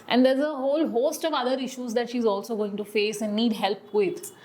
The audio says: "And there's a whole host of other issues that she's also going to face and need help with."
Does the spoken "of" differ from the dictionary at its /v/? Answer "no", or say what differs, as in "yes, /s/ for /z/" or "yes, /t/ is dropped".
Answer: no